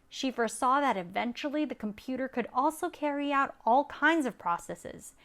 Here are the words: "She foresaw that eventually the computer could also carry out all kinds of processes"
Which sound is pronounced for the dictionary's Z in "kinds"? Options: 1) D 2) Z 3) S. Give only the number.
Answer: 2